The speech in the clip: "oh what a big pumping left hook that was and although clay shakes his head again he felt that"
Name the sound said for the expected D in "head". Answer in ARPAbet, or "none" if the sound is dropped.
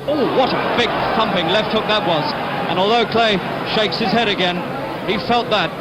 D